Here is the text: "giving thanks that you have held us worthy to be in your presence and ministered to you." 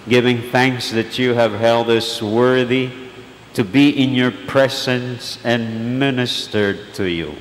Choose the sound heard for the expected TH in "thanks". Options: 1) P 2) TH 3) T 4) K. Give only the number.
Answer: 2